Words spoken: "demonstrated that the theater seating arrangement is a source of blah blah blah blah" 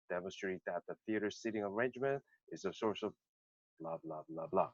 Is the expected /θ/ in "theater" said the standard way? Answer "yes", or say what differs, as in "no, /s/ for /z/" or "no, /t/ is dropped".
yes